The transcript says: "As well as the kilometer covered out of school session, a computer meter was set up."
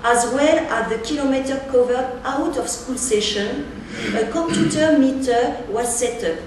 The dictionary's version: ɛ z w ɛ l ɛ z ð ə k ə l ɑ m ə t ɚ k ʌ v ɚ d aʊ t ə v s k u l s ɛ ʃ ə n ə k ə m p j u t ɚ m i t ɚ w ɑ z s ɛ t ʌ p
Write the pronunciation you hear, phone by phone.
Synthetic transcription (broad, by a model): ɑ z w ɛ l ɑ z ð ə k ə l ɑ m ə t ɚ k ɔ v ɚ aʊ t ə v s k u l s ɛ ʃ ə n ə k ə m p j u t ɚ m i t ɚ w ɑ s ɛ t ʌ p